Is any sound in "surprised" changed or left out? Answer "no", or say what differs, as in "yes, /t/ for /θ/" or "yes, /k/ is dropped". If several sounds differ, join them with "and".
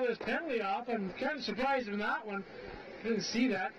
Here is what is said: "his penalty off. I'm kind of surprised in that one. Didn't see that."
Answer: yes, /d/ is dropped